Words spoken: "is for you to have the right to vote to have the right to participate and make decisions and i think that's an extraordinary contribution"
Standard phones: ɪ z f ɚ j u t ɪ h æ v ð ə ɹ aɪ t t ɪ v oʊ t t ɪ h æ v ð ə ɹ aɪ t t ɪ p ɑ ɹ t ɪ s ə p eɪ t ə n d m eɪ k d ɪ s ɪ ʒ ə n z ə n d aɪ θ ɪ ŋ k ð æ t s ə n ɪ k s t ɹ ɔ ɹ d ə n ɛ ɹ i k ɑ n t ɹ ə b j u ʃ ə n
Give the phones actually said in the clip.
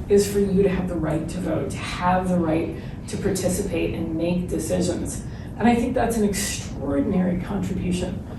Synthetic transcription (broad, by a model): ɪ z f ɚ j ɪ t ɪ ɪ v ð ə ɹ aɪ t t ɪ v oʊ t t ɪ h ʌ v ð ə ɹ aɪ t t ɪ p ɑ ɹ t ɪ s ə p eɪ t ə n m eɪ k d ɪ s ɪ ʒ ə n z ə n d aɪ θ ɪ ŋ k ð æ t s n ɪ k s t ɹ ɔ ɹ d n ɛ ɹ i k ɑ n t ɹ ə b j u ʃ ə n